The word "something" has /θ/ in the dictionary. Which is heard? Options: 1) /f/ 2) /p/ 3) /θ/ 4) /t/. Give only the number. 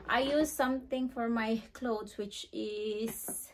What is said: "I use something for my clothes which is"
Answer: 4